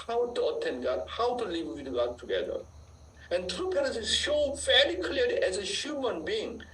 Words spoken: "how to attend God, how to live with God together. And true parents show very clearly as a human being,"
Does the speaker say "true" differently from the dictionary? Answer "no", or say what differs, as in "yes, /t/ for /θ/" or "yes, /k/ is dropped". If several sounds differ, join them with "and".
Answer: no